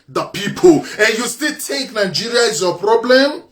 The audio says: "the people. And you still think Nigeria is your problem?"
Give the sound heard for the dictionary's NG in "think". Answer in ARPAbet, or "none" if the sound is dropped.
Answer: none